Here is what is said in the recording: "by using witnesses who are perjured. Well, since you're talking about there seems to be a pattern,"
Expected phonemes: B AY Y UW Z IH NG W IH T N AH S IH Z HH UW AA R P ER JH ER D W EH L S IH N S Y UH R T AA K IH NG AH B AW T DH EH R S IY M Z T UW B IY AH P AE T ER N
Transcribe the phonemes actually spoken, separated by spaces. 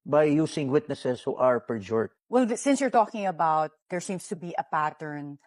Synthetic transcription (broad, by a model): B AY Y UW S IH NG W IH T N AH S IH S HH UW AA R P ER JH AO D W EH L S IH N S Y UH R T AA K IH NG AH B AW T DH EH R S IY M S T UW B IY AH P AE T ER N